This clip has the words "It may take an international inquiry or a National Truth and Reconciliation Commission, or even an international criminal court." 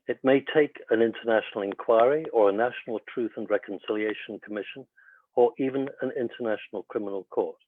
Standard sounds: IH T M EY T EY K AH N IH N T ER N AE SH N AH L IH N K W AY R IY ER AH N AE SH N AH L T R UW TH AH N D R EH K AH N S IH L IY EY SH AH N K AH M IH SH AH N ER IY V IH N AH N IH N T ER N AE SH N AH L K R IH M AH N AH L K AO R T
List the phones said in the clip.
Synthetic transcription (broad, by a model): IH T M EY T EY K AH N IH N T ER N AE SH N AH L IH N K W AY R IY ER AH N AE SH N AH L T R UW TH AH N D R EH K AH N S IH L IY EY SH AH N K AH M IH SH AH N ER IY V IH N AH N IH N T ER N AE SH N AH L K R IH M AH N AH L K AO R T